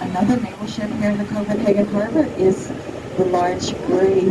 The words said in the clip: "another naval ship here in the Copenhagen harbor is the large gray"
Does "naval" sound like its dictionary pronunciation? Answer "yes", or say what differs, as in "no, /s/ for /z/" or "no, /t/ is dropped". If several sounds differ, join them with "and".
no, /b/ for /v/